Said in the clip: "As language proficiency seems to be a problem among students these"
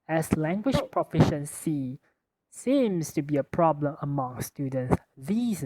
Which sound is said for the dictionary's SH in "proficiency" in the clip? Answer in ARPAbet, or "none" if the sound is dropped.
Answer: SH